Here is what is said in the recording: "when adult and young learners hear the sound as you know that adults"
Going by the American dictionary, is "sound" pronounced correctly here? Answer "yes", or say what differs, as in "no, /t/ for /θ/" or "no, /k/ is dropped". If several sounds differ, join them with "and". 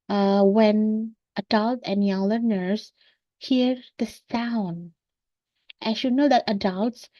yes